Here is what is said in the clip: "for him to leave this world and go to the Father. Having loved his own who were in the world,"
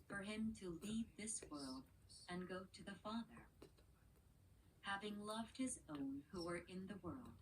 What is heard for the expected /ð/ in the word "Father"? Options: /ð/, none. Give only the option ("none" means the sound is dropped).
/ð/